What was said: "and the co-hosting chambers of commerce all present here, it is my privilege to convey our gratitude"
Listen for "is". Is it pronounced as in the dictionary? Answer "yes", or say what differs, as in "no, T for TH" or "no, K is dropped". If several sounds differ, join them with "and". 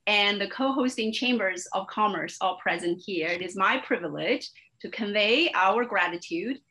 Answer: yes